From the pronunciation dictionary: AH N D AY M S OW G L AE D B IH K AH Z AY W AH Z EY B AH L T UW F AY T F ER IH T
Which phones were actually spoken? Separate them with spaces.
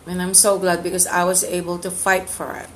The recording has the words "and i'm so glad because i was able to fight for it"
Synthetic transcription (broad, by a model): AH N AY M S OW G L AE D B IH K AH Z AY W AH Z EY B AH L T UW F AY T F ER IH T